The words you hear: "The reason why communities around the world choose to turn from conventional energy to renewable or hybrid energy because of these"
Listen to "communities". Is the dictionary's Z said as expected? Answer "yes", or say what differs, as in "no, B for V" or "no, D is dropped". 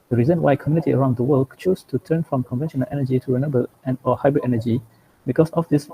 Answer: no, Z is dropped